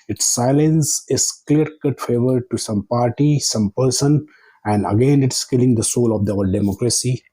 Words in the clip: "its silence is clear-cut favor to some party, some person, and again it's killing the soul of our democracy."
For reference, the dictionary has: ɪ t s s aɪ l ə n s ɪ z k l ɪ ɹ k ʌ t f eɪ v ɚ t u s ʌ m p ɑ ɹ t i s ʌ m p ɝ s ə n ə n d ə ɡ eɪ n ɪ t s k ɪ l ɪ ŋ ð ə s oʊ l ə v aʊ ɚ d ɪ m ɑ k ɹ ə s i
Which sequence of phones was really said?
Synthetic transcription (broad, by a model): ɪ t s s aɪ l ə n s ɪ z k l ɪ ɹ k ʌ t f eɪ v ɚ t u s ʌ m p ɑ ɹ t i s ʌ m p ɝ s ə n ə n d ə ɡ eɪ n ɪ t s k ɪ l ɪ ŋ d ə s oʊ l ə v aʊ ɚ d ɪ m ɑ k ɹ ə s i